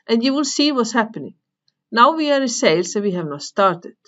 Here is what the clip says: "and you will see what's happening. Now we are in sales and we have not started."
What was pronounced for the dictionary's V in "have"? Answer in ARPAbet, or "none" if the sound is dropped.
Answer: V